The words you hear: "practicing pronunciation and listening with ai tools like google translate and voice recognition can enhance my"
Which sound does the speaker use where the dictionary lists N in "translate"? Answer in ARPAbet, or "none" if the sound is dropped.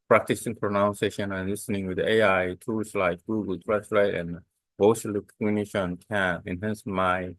none